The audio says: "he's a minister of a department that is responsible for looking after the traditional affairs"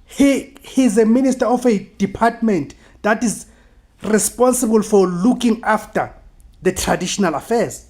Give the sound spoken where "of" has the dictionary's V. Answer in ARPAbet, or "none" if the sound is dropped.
F